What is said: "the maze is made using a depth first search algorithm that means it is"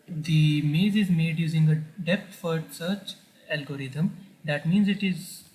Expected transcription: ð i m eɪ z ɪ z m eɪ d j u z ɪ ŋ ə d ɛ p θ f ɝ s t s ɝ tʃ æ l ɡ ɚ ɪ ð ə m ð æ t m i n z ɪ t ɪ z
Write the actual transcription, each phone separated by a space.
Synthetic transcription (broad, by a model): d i m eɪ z ɪ z m eɪ d j u z ɪ ŋ ə d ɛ p t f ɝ t s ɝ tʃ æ l ɡ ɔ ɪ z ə m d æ t m i n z ɪ t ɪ z